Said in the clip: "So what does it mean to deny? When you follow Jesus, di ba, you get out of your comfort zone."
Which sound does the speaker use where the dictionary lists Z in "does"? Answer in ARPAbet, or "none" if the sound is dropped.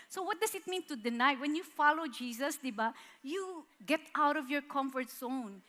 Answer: S